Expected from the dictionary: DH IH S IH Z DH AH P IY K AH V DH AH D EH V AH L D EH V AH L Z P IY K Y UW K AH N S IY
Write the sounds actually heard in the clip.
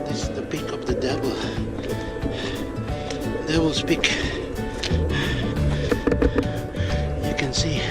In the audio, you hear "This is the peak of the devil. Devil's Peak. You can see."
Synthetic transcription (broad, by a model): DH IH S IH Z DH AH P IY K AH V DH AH D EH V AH L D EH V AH L S P IY K Y UW K AH N S IY